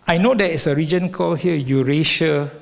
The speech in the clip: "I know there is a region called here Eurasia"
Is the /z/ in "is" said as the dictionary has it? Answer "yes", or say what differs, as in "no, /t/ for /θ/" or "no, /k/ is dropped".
no, /s/ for /z/